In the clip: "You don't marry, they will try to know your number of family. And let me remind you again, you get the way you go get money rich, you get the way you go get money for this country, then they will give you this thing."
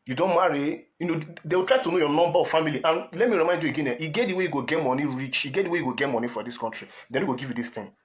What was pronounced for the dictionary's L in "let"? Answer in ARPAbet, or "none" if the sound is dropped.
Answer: L